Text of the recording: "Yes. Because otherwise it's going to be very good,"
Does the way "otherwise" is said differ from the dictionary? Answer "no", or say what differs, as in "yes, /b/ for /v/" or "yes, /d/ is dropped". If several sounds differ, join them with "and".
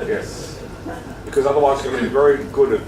yes, /z/ is dropped